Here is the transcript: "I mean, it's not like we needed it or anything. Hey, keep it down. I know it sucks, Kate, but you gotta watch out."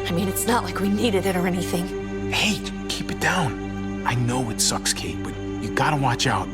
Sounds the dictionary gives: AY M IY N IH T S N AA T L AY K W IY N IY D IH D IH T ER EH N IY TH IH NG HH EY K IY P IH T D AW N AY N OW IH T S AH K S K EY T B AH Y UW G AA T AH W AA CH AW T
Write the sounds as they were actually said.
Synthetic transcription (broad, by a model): AY M IY N IH T S N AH T L AY K W IY N IY D IH D IH T ER EH N IY TH IH NG HH EY K IY P IH T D AW N AY N OW IH T S AH K S K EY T B AH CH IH G AA T AH W AA CH AW T